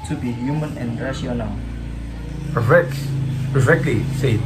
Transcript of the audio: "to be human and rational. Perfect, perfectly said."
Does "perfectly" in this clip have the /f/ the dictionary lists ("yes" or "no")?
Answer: no